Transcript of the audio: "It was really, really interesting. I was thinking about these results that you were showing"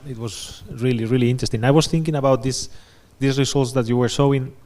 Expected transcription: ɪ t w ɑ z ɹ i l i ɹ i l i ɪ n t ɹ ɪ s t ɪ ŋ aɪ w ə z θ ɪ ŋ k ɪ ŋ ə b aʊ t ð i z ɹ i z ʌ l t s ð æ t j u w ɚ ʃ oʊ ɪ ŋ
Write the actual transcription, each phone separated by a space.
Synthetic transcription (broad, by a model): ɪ t w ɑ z ɹ i l i ɹ i l i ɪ n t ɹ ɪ s t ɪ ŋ aɪ w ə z θ ɪ ŋ k ɪ ŋ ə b aʊ t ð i s ɹ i s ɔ l t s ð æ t j u w ɚ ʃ oʊ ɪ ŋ